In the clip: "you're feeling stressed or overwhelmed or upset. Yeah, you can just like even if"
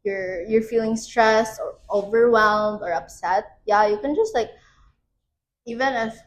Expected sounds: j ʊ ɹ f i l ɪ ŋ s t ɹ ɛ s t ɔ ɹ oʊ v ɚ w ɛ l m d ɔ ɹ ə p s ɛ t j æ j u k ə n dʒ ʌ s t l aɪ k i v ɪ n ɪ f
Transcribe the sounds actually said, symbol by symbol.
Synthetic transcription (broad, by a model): j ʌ ɹ f i l ɪ ŋ s t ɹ ɛ s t ɔ ɹ oʊ v ɚ w ɛ l m d ɔ ɹ ə p s ɛ t j æ j u k ə n dʒ ʌ s t l aɪ k i v ɪ n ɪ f